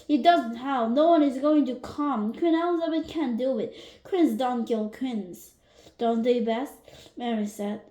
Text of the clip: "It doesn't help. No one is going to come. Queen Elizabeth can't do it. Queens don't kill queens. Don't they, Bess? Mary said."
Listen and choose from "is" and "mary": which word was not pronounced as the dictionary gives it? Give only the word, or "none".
none